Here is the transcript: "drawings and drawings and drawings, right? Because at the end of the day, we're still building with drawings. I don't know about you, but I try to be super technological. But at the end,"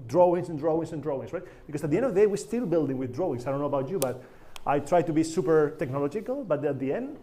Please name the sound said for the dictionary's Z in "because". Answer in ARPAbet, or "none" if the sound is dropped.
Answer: S